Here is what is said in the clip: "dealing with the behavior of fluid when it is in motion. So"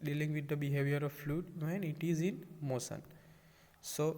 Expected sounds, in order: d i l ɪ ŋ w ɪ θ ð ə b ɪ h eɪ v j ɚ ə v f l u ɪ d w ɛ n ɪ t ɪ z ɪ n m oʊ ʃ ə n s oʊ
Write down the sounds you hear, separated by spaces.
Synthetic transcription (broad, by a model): d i l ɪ ŋ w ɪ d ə b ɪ h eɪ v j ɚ ə v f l u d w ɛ n ɪ t ɪ z ɪ n m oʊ s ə n s oʊ